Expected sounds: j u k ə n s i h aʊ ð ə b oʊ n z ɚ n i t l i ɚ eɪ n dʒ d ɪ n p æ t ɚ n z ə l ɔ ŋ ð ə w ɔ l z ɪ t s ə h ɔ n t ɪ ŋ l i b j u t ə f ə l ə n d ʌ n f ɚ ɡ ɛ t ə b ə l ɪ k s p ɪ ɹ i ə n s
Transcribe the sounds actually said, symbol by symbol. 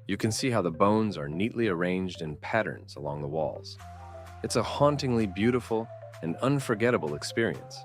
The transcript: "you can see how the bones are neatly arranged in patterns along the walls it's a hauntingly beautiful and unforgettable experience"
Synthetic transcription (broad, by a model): j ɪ k ə n s i h aʊ ð ə b oʊ n z ɚ n i t l i ɚ eɪ n dʒ d ɪ n p æ t ɚ n z ə l ɔ ŋ ð ə w ɔ l z ɪ t s ə h ɔ n t ɪ ŋ l i b j u t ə f l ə n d ʌ n f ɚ ɡ ɛ t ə b l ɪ k s p ɪ ɹ i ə n s